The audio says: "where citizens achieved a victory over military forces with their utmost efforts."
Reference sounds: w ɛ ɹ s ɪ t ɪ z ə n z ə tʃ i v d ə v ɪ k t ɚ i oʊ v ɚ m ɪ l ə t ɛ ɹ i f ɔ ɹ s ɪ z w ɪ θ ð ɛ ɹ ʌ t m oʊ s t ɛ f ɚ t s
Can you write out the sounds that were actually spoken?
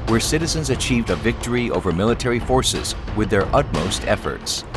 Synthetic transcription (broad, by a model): w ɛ ɹ s ɪ t ɪ z ə n z ə tʃ i v d ə v ɪ k t ɚ i oʊ v ɚ m ɪ l ə t ɛ ɹ i f ɔ ɹ s ɪ z w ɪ ð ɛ ɹ ʌ t m oʊ s t ɛ f ɚ t s